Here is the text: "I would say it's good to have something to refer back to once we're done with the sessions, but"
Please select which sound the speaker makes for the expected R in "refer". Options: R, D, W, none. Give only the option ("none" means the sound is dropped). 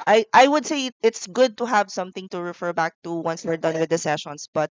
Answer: R